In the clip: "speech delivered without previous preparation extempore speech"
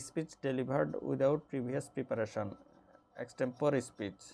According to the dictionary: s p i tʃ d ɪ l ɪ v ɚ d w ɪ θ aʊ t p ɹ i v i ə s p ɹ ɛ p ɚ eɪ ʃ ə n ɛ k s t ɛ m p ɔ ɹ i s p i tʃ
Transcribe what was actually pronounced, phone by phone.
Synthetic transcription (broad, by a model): s p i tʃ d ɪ l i b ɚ d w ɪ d aʊ t p ɹ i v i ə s p ɹ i p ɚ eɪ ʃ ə n ɛ k s t ɛ m p ɔ ɹ i s p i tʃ